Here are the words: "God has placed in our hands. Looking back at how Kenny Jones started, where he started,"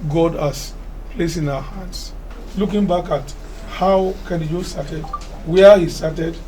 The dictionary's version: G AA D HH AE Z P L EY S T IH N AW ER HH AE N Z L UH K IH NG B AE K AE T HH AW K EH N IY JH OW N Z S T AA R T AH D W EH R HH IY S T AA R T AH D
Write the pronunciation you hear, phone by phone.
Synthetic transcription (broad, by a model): G AA D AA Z P L EY S IH N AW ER HH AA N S L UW K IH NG B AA K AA T HH AW K EH N IY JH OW S T AA T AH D W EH HH IY S T AA T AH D